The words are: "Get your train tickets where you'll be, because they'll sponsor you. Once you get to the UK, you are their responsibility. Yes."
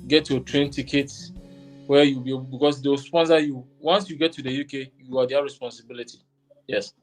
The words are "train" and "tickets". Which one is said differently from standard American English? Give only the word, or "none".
tickets